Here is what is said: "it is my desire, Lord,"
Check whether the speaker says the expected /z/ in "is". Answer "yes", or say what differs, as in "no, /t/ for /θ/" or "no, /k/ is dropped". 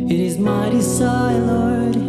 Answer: yes